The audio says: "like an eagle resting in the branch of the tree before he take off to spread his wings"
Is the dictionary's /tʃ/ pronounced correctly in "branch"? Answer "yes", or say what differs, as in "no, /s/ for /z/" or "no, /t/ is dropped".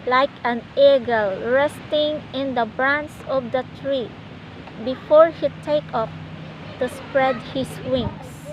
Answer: no, /s/ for /tʃ/